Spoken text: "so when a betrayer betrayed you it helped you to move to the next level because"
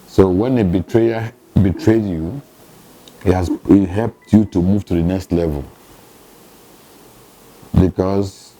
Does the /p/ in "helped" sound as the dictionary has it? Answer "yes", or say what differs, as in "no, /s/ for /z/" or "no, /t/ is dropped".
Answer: yes